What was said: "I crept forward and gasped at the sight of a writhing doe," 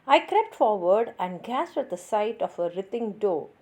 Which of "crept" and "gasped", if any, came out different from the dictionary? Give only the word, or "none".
gasped